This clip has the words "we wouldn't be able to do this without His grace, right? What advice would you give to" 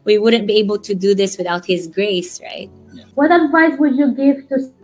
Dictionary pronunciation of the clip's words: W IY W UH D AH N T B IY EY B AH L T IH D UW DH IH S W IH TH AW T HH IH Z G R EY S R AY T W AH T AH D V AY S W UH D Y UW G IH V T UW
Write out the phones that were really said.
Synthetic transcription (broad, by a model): W IY W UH D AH N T B IY EY B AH L T IH D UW DH IH S W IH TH AW T HH IH Z G R EY S R AY T W AH T AH D V AY S W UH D Y UW G IH V T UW